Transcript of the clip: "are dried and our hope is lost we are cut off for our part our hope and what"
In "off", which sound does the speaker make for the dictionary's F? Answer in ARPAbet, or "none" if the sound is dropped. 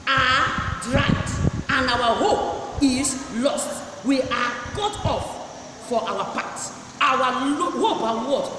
F